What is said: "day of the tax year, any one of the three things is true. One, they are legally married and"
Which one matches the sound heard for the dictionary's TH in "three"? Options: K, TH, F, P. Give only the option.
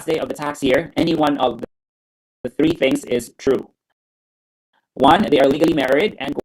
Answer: TH